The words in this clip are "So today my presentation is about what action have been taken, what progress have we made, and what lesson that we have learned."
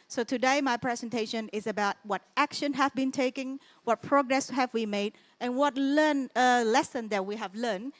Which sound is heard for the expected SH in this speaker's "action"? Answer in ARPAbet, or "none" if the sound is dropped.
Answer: SH